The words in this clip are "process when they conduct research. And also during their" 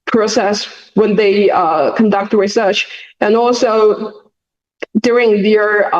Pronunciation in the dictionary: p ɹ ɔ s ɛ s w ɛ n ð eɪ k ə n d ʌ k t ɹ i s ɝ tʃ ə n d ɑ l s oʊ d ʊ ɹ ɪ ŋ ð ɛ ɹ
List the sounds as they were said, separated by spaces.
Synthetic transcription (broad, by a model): p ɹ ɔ s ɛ s w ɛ n ð eɪ k ə n d ʌ k t ɹ i s ɝ tʃ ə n ɑ l s oʊ d ʊ ɹ ɪ ŋ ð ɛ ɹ